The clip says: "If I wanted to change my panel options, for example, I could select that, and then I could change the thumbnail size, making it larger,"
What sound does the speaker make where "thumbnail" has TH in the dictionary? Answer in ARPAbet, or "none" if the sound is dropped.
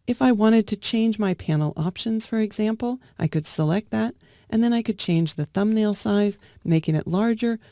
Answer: TH